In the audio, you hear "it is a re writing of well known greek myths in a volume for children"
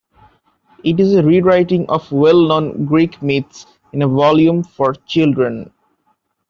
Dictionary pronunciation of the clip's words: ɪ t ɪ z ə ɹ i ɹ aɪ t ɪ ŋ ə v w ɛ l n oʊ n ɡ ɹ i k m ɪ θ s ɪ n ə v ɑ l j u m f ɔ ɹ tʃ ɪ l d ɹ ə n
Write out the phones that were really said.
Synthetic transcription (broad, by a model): ɪ t ɪ z ə ɹ i ɹ aɪ t ɪ ŋ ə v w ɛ l n oʊ n ɡ ɹ i k m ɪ t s ɪ n ə v ɑ l j u m f ɔ ɹ tʃ ɪ l d ɹ ə n